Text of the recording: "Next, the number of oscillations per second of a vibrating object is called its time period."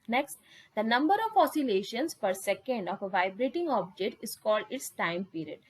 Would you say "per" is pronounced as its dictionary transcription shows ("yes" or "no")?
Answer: yes